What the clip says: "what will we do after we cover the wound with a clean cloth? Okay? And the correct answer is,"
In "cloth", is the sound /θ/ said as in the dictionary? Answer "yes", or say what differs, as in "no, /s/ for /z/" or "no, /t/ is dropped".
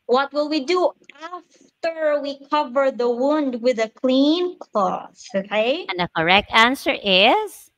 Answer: no, /s/ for /θ/